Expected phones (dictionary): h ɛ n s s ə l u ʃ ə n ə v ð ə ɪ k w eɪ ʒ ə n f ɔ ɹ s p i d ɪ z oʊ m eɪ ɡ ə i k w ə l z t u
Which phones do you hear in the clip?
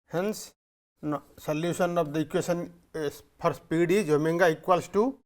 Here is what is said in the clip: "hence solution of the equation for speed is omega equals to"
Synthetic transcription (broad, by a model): h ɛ n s s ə l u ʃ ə n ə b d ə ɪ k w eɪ s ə n p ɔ ɹ s p i d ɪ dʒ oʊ m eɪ ɡ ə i k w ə l s t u